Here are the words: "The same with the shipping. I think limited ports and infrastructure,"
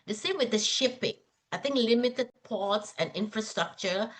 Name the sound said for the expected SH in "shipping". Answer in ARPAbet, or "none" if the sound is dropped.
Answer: SH